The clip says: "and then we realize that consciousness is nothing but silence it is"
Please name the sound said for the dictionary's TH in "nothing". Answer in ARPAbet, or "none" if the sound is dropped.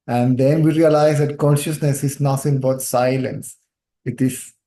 S